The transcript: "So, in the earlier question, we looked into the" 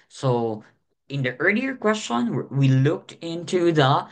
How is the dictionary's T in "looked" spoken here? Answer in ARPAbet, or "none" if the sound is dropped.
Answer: T